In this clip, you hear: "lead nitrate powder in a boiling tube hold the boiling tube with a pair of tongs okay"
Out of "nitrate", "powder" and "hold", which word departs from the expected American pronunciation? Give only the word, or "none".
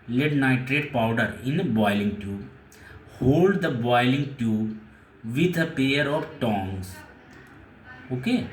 none